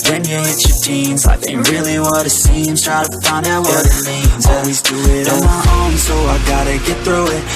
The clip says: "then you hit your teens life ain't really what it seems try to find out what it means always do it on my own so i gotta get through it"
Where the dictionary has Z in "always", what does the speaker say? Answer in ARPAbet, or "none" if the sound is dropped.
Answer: Z